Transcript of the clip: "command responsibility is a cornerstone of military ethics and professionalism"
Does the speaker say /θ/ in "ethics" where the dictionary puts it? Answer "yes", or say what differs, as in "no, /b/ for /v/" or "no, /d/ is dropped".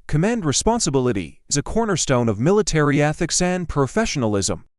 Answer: yes